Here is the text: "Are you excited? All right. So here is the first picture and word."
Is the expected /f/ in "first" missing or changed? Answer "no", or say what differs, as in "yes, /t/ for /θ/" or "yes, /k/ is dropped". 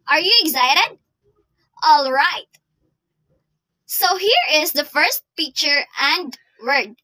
no